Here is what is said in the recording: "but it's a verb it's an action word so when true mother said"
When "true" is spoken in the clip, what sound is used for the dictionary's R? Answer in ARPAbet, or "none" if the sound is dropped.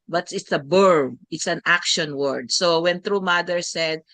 R